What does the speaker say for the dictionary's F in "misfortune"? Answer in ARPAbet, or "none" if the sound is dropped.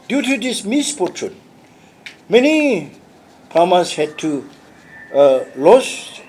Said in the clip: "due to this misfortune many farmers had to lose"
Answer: P